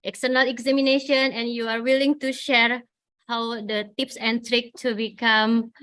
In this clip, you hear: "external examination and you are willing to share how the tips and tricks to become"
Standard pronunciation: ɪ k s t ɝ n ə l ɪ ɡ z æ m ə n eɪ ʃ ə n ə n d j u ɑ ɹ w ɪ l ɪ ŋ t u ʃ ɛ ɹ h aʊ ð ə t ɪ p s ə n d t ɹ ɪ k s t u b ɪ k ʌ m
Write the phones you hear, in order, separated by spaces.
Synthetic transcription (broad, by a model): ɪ k s t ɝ n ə l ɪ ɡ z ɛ m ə n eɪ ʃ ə n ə n j u ɑ ɹ w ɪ l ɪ ŋ t u ʃ ɛ ɹ h aʊ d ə t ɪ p s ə n t ɹ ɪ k t u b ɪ k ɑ m